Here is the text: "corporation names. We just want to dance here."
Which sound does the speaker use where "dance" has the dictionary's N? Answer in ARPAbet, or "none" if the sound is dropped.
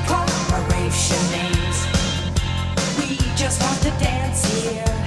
N